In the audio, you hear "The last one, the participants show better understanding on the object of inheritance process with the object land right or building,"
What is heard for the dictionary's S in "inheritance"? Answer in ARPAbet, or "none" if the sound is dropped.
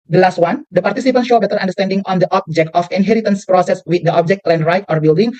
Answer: S